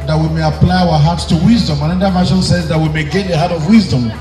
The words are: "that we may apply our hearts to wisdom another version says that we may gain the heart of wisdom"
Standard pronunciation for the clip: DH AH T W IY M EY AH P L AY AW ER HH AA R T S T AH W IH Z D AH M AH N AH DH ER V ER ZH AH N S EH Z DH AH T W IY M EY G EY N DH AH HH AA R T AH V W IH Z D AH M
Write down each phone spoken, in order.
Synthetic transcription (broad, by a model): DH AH T W IY M EY AH P L AY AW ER HH AA R T S T AH W IH Z D AH M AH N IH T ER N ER SH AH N S EH Z DH AH T W IY M EY G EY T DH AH HH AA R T AH V W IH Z D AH M